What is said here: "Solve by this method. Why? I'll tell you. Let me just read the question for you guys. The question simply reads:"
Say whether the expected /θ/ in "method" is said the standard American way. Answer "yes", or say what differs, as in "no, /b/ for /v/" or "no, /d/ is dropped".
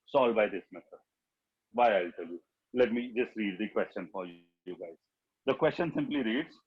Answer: no, /s/ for /θ/